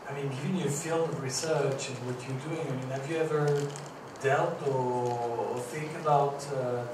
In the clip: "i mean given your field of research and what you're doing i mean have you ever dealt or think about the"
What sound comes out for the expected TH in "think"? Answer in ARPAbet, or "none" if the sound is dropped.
TH